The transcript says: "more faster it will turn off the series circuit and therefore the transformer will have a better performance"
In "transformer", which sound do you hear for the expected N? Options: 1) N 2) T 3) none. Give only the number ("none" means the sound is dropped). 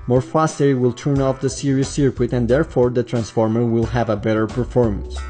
1